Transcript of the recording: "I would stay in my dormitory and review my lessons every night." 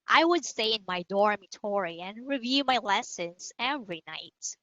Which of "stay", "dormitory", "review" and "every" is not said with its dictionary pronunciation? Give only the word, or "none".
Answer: none